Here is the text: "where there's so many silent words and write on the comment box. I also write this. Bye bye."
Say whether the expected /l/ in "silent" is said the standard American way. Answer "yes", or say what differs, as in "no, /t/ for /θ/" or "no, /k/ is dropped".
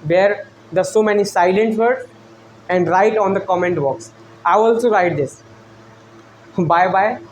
yes